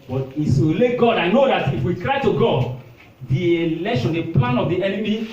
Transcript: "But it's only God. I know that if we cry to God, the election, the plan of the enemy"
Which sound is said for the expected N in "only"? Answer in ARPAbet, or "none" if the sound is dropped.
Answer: none